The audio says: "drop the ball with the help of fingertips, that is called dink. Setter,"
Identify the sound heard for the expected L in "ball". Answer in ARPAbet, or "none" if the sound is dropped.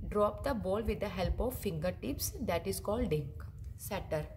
L